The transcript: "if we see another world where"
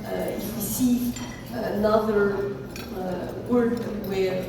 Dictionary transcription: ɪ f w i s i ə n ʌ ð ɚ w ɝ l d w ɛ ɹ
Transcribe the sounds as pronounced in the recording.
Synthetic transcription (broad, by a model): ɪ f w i s i ə n ʌ ð ɚ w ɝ d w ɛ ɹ